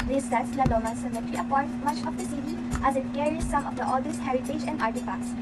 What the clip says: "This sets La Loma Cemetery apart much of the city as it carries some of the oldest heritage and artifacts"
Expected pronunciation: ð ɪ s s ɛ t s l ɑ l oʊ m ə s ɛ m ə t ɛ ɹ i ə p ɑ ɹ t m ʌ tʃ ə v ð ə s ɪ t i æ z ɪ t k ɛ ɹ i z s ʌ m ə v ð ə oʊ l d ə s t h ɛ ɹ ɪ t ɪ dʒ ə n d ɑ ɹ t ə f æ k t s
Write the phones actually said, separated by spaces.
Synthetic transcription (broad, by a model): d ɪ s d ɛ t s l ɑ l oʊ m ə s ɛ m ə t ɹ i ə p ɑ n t m ʌ tʃ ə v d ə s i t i æ z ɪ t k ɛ ɹ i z s ʌ m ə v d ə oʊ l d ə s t h ɛ ɹ ɪ t ɪ dʒ ə n d ɑ ɹ t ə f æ k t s